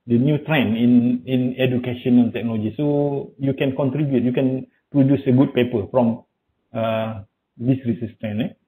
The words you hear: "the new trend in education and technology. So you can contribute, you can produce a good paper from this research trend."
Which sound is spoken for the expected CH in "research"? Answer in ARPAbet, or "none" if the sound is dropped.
S